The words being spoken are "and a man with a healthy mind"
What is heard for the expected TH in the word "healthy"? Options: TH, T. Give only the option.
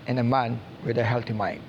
T